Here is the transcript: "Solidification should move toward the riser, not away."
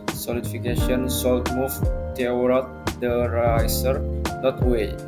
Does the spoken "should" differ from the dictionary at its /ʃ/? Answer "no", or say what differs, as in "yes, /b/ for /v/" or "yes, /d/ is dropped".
yes, /s/ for /ʃ/